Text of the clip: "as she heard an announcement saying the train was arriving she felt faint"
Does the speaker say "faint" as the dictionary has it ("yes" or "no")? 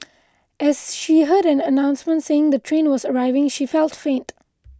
yes